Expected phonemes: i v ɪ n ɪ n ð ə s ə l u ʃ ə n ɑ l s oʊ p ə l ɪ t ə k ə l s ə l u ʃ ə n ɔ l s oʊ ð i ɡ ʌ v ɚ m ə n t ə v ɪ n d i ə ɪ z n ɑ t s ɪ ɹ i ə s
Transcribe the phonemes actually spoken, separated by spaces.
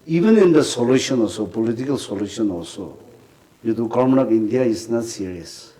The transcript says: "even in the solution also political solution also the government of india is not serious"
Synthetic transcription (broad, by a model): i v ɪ n ɪ n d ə s ə l u ʃ ə n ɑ s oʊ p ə l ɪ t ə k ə l s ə l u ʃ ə n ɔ s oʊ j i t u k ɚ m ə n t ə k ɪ n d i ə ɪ s n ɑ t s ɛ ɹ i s